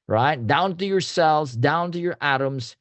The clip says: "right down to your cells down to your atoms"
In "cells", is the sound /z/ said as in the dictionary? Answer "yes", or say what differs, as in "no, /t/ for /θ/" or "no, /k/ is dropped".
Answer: yes